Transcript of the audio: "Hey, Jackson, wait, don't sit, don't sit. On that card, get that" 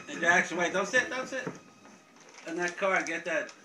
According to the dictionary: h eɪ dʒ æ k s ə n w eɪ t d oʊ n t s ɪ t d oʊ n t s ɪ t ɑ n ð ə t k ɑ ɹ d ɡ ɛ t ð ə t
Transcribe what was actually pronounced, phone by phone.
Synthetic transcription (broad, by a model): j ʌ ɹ æ k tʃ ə l w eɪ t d oʊ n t s ɪ t d oʊ n t s ɪ t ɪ n ð ə t k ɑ ɹ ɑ ɡ ɛ t ð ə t